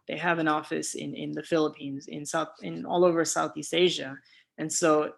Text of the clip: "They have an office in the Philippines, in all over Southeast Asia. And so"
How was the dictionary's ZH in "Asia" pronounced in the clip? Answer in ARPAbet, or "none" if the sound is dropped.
ZH